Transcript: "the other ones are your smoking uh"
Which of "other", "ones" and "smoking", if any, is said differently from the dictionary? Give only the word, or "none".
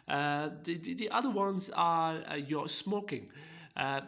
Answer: none